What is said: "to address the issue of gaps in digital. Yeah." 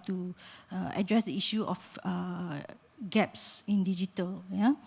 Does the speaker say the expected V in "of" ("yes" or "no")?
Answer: no